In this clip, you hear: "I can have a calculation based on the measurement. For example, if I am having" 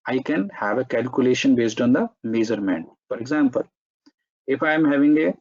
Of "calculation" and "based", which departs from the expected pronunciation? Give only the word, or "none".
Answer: none